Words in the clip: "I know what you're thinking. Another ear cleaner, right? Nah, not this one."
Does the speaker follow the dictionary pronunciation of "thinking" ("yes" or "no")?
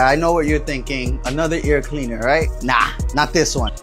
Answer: yes